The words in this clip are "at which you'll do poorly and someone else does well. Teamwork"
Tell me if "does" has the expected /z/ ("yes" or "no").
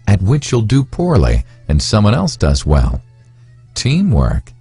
yes